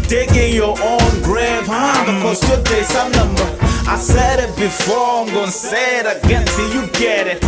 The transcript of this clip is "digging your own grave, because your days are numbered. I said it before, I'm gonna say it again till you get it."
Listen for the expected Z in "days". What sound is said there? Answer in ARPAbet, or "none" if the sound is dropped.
S